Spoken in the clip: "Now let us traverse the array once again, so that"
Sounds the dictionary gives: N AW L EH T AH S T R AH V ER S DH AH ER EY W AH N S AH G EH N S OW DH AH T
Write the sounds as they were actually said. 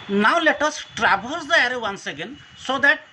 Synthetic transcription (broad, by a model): N AW L EH T AH S T R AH B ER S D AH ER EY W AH N S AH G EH N S OW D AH T